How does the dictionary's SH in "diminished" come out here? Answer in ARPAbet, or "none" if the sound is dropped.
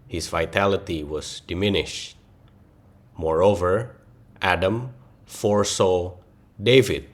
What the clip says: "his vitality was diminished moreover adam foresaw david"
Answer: SH